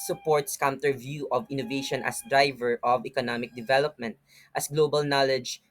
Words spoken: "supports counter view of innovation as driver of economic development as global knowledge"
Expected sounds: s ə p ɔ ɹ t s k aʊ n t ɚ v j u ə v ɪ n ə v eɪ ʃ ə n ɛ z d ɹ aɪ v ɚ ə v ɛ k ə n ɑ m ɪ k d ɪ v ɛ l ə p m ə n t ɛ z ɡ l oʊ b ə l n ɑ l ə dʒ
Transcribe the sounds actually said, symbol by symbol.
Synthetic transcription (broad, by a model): s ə p ɔ ɹ t s k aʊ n t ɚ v j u ə v ɪ n ə v eɪ ʃ ə n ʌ s d ɹ aɪ v ɚ ə v ɛ k ə n ɑ m ɪ k d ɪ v ɛ l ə p m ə n t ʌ s ɡ l oʊ b ə l n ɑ l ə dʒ